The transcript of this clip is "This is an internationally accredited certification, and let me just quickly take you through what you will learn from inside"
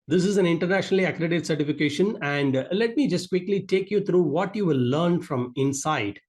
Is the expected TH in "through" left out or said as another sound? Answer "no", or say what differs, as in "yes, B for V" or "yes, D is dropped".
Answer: yes, T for TH